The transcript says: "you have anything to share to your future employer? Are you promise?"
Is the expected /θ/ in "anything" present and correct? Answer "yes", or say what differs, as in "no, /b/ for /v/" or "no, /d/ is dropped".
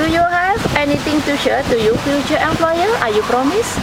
no, /t/ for /θ/